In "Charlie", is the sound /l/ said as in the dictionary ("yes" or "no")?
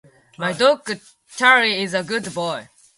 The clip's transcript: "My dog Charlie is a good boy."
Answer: no